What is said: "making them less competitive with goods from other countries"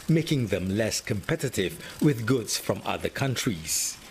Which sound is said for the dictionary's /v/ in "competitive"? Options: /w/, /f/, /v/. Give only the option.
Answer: /v/